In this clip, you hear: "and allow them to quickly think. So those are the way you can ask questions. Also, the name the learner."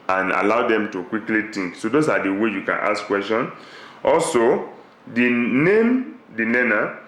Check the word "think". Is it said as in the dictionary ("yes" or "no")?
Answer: no